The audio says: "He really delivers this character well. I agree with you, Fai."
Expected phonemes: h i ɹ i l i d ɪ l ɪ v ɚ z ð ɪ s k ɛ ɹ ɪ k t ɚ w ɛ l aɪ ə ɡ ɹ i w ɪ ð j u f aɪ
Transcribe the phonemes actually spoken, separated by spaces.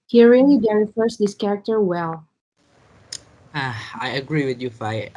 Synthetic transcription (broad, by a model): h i ɹ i l i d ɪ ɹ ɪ f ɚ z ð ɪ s k ɛ ɹ ɪ k t ɚ w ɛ l aɪ ə ɡ ɹ i w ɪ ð j u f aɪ